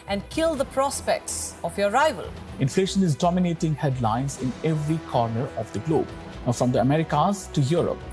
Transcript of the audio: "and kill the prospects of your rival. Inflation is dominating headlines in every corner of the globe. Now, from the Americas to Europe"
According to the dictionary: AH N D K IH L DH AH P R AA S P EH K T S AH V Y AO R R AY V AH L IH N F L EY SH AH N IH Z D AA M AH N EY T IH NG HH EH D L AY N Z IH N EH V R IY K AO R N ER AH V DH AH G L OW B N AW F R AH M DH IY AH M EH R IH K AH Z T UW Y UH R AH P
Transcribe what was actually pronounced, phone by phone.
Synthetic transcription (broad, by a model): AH N D K IH L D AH P R AA S P EH K T S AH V Y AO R R AY V AH L IH N F L EY SH AH N IH Z D AA M AH N EY T IH NG HH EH D L AY N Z IH N EH V R IY K AO R N ER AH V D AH G L OW B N F R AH M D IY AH M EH R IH K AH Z T UW Y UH R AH P